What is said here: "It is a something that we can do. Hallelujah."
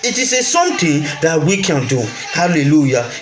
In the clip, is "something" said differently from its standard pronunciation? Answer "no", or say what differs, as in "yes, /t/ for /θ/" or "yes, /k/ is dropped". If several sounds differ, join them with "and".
yes, /t/ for /θ/